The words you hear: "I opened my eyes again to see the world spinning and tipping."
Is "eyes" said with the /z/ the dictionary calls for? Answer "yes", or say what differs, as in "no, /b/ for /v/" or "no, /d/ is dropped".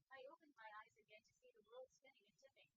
yes